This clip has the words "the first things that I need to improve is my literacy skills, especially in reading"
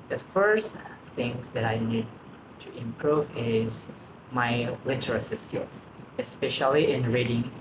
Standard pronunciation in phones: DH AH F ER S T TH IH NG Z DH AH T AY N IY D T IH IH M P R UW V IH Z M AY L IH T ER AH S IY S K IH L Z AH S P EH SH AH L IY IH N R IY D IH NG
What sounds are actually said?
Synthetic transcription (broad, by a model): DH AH F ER S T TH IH NG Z DH AH T AY N IY D T IH IH M P R UW V IH Z M AY L IH T ER AH S IY S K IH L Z AH S P EH SH AH L IY IH N R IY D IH NG